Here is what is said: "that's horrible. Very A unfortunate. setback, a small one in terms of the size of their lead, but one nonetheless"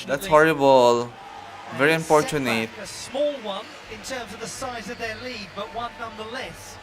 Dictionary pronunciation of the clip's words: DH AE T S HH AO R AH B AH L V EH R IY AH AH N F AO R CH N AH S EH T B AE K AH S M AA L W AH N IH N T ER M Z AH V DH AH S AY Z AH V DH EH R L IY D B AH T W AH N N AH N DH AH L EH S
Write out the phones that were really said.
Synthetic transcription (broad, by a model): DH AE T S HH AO R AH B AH L V EH R IY AH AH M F AO R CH AH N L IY AH S M AA L W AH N IH N T ER M Z AH V DH AH S AY Z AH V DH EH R L IY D B AH T W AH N N AH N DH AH L EH S